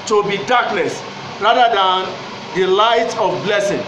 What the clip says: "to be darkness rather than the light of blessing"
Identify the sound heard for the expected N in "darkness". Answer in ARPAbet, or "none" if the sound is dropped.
L